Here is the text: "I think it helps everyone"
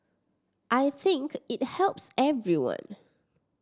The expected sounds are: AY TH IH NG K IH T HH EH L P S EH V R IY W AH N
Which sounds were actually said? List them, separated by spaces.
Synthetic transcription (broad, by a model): AY TH IH NG K IH T HH EH L P S EH V R IY W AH N